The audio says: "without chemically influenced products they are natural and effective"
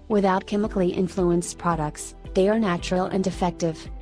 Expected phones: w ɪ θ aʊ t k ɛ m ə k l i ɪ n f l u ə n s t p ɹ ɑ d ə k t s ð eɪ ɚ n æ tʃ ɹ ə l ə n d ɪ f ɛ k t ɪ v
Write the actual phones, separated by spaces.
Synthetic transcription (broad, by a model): w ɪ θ aʊ t k ɛ m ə k l i ɪ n f l u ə n s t p ɹ ɑ d ə k t s ð eɪ ɚ n æ tʃ ɹ ə l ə n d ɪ f ɛ k t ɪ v